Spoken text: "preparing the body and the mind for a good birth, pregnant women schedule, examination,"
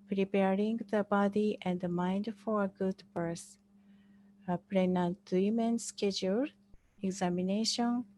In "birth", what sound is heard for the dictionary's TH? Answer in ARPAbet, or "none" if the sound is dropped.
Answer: S